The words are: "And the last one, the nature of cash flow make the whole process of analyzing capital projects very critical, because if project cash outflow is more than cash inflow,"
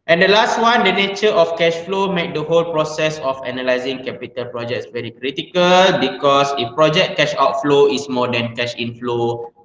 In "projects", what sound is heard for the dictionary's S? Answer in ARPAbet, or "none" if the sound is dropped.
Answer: S